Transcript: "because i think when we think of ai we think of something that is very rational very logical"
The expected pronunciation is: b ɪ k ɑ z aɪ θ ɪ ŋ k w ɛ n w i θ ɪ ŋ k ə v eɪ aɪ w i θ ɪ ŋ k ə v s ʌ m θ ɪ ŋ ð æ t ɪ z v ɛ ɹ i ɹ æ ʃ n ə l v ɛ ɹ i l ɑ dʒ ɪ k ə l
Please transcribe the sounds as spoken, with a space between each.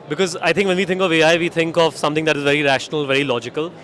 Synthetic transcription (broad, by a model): b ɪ k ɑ z aɪ t ɪ ŋ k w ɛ n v i t ɪ ŋ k ə v eɪ aɪ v i t ɪ ŋ k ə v s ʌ m t ɪ ŋ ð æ t ɪ z v ɛ ɹ i ɹ æ ʃ n ə l v ɛ ɹ i l ɑ dʒ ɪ k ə l